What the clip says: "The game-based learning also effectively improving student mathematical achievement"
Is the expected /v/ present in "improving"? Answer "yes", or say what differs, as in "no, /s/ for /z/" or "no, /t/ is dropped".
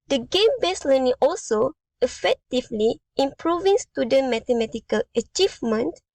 yes